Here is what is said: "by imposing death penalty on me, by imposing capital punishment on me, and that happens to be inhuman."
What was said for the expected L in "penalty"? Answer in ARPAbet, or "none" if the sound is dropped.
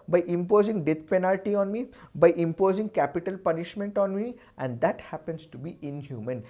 L